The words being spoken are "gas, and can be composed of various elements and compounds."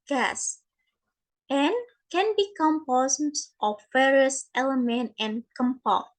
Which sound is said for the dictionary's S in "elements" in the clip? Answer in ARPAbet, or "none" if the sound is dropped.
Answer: none